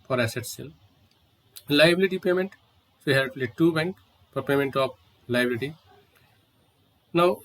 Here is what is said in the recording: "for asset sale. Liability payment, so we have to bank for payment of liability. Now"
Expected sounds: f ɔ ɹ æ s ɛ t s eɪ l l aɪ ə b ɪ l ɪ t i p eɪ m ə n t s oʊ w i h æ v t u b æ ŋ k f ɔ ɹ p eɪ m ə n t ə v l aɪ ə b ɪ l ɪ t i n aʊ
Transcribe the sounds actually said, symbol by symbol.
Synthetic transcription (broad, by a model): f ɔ ɹ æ s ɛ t s eɪ l l aɪ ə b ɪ l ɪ t i p eɪ m ə n t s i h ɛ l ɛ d t u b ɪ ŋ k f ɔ ɹ p eɪ m ə n t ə p l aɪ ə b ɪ l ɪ t i n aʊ